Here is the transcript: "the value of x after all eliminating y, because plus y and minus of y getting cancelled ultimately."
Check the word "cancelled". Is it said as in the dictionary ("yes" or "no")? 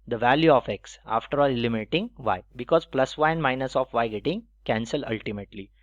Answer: no